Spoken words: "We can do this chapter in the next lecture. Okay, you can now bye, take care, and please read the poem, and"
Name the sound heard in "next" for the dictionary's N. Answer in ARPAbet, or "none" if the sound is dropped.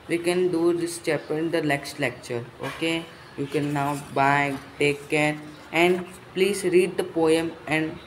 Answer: L